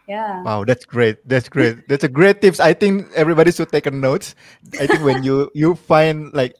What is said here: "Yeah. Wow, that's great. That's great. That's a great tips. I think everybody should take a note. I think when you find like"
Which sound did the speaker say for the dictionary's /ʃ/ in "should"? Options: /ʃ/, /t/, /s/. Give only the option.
/s/